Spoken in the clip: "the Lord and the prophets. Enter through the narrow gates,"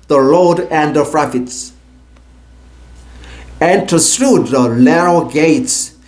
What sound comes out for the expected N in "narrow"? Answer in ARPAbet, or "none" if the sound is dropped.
L